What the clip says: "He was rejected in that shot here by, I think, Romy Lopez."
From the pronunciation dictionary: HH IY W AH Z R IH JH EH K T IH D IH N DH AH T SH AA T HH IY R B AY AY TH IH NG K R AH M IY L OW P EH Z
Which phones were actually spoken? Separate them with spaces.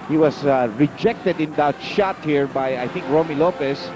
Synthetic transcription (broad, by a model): HH IY W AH S R IH JH EH K T IH D IH N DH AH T SH AA T HH IY R B AY AY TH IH NG K R AH M IY L OW P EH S